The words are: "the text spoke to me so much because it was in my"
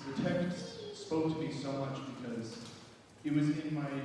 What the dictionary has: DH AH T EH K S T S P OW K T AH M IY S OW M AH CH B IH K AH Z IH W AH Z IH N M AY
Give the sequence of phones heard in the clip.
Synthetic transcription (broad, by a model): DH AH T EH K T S S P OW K T AH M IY S OW M AH CH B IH K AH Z IH W AH Z IH N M AY